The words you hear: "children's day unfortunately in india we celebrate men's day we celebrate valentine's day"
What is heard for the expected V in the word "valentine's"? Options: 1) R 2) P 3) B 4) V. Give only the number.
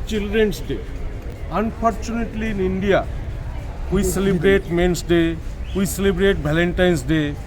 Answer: 3